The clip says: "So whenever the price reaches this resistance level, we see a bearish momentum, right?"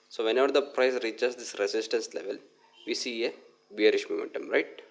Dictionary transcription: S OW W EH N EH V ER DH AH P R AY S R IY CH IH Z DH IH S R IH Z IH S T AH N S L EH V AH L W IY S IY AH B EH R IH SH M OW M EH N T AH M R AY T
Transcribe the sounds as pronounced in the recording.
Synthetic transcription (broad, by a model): S OW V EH N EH V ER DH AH P R AY S R IY CH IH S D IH S R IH S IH S T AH N S L EH V AH L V IY S IY AH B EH R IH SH M OW M EH N T AH M R AY T